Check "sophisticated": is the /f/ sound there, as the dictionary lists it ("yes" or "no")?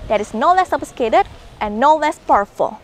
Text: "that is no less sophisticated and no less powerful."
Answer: no